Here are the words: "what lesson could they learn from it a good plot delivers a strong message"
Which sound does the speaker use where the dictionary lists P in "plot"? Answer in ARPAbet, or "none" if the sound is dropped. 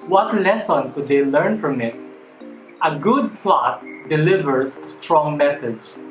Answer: P